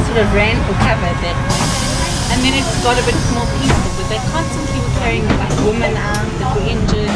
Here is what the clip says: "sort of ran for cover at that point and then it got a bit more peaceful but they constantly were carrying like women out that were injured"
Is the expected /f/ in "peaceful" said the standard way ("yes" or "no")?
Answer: no